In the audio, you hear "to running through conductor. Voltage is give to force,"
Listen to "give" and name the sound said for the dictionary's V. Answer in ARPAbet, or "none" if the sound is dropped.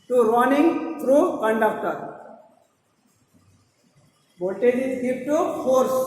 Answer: P